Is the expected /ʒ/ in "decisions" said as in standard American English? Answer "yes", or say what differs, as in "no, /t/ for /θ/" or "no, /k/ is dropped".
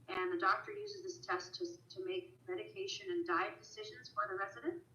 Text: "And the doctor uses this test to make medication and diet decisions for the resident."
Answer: yes